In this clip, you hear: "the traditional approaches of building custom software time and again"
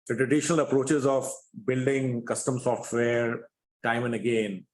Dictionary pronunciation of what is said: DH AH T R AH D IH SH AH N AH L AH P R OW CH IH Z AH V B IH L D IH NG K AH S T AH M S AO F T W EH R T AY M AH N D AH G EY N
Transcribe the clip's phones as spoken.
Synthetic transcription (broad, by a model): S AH T R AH D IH SH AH N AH L AH P R OW CH IH Z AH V B IH L D IH NG K AH S T AH M S AO F T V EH R T AY M AH N D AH G EY N